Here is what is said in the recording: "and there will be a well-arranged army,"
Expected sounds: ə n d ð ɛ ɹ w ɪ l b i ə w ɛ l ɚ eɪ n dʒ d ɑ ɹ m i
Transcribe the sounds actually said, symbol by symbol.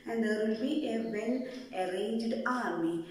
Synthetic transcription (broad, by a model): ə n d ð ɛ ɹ w ɪ l b i ə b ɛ n ɚ eɪ n dʒ d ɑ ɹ m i